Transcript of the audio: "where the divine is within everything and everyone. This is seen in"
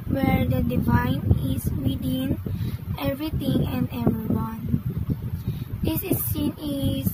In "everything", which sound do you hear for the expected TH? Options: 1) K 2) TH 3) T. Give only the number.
3